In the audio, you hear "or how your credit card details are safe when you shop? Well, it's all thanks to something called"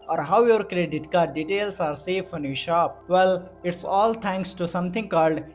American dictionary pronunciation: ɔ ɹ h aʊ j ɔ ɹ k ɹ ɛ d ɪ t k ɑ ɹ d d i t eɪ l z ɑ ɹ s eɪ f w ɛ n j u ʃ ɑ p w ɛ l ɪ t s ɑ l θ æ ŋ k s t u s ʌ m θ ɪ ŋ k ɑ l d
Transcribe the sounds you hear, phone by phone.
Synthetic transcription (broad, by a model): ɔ ɹ h aʊ j ɔ ɹ k ɹ ɛ d ɪ t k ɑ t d d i t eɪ l s ɑ ɹ s eɪ f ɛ n j u ʃ ɑ p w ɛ l ɪ t s ɑ l t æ ŋ k s t u s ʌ m t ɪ ŋ k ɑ l d